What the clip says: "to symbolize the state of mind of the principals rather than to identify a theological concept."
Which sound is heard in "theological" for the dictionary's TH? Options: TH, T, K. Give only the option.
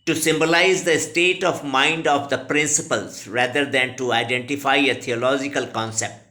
T